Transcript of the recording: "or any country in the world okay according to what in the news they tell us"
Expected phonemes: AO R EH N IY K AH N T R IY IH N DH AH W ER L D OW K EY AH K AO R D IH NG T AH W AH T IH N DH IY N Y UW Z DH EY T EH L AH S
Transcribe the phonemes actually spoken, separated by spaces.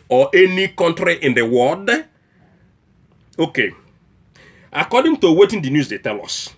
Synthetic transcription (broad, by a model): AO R EH N IY K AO N T R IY IH N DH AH W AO D OW K EY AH K AO D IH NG T AH W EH T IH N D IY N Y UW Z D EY T EH L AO S